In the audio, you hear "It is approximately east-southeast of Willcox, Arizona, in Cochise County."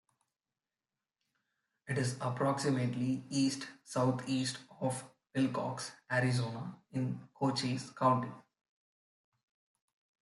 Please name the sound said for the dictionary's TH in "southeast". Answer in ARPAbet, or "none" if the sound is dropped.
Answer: T